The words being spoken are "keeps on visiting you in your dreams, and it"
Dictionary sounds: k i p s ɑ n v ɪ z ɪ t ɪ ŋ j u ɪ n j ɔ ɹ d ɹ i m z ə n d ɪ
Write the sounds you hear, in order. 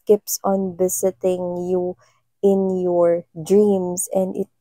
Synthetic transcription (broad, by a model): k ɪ p s ɑ n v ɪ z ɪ t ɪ ŋ j u ɪ n j ɔ ɹ d ɹ i m s ə n d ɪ